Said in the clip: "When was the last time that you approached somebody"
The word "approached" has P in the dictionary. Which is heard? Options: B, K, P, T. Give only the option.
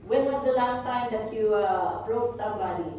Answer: B